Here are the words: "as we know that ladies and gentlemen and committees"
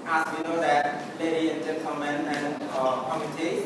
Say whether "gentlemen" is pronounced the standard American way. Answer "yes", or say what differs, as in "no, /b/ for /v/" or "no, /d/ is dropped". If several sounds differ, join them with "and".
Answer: no, /s/ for /t/ and /l/ is dropped